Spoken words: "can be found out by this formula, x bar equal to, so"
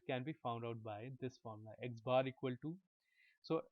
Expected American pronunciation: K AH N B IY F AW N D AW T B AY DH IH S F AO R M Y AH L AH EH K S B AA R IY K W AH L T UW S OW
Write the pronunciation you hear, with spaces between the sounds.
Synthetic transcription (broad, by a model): K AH N B IY F AW N D AW T B AY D IH S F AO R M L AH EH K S B AA R IY K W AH L T UW S OW